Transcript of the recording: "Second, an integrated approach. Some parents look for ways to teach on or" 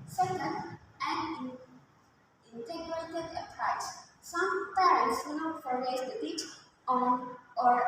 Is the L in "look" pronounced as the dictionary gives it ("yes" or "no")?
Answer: no